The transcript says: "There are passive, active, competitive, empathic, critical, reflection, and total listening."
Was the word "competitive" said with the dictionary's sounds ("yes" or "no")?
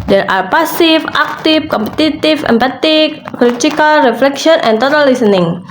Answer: no